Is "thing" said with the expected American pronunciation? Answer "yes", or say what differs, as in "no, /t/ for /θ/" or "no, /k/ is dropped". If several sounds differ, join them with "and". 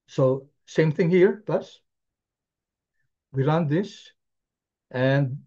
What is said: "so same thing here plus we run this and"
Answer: yes